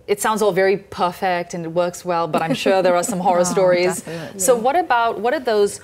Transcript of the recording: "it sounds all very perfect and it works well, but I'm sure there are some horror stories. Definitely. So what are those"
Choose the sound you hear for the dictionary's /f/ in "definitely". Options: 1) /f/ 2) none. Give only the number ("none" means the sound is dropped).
2